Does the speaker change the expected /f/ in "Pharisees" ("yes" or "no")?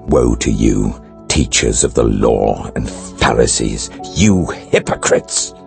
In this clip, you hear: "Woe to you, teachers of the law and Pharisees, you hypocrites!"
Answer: no